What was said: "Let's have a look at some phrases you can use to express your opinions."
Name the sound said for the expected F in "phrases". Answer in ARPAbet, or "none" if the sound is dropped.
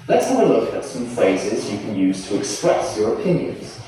F